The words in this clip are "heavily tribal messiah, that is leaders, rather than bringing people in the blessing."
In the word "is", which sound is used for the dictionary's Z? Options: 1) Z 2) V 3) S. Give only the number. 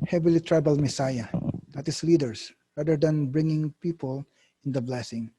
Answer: 3